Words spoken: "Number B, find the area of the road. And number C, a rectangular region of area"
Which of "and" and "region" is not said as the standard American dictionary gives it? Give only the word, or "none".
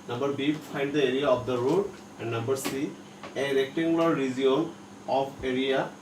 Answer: region